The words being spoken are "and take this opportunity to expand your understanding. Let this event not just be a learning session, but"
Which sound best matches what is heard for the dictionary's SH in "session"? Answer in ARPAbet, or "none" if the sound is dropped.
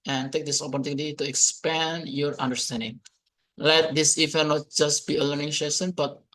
S